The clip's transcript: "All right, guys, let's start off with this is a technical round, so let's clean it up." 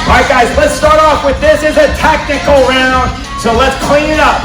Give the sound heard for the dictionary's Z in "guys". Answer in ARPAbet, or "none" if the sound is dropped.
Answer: Z